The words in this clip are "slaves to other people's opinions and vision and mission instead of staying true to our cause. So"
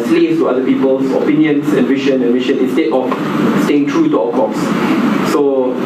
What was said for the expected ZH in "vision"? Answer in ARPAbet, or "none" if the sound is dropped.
SH